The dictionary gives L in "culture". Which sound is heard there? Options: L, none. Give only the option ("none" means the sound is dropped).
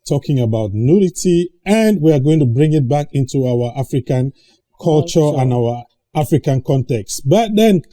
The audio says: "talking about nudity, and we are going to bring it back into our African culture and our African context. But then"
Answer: L